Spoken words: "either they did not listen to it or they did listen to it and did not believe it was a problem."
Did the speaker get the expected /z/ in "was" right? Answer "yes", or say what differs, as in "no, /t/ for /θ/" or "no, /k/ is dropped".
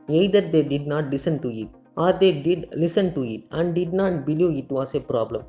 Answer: no, /s/ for /z/